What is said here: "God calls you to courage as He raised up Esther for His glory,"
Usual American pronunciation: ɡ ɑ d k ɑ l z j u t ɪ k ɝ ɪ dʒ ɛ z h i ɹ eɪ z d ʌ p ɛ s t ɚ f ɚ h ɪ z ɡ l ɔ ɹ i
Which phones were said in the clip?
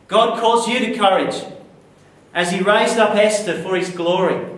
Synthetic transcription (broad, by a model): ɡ ɑ d k ɑ z j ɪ t ɪ k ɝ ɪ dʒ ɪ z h i ɹ eɪ z d ʌ p ɛ s t ɚ f ɚ ɪ z ɡ l ɔ ɹ i